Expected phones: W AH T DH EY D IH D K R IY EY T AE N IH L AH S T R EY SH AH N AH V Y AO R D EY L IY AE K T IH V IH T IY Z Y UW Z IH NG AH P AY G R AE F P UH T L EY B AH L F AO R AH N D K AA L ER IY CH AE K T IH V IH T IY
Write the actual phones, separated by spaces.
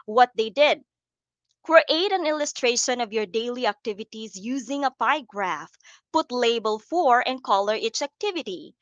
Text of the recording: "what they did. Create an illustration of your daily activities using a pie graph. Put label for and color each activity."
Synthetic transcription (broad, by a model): W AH T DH EY D IH D K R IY EY T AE N IH L AH S T R EY SH AH N AH V Y AO R D EY L IY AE K T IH V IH T IY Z Y UW Z IH NG AH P AY G R AE F P UH T L EY B AH L F AO R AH N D K AA L ER IY CH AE K T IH V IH T IY